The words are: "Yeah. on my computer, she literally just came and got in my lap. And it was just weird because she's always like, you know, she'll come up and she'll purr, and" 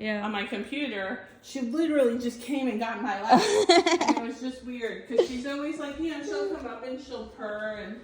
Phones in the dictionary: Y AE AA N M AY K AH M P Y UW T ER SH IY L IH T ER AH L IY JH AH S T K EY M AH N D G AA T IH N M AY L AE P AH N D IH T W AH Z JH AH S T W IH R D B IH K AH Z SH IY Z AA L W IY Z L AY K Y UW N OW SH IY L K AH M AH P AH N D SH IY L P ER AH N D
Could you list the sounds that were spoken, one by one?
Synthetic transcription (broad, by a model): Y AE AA N M AY K AH M P Y UW T ER SH IY L IH T ER L IY JH AH S K EY M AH N G AA T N M AY L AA AH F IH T W AH Z JH AH S T W IH R D K AH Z SH IY Z AA L W IY Z L AY K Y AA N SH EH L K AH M AH P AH N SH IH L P ER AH N